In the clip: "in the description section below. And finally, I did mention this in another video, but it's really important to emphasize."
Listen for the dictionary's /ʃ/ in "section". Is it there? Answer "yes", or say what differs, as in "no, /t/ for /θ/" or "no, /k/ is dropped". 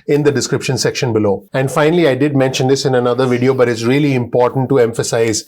yes